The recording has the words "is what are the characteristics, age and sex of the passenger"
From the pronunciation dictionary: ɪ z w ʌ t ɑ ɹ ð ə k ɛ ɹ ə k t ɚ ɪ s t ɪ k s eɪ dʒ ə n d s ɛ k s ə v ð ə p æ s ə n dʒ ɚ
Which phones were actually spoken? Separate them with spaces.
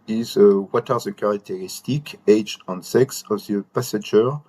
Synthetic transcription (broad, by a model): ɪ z w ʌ t ɑ ɹ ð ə k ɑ ɹ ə k t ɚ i s t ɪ k eɪ dʒ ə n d s ɛ k s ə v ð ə p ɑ s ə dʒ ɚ